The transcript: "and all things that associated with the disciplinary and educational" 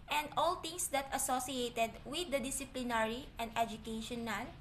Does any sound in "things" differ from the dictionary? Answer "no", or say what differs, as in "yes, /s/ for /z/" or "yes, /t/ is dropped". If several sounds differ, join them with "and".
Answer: yes, /t/ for /θ/